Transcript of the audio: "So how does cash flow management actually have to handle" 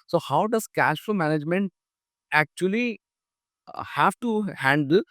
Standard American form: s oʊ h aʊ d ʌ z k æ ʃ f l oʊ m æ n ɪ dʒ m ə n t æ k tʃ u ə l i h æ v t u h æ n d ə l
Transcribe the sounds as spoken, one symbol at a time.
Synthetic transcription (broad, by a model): s oʊ h aʊ d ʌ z k æ ʃ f oʊ m æ n ɪ dʒ m ə n t æ k tʃ u ə l i h æ v t u h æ n d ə l